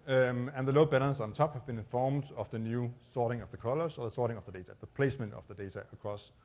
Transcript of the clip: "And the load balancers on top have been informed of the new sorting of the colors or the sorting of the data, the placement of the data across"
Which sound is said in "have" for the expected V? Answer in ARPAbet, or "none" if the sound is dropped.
V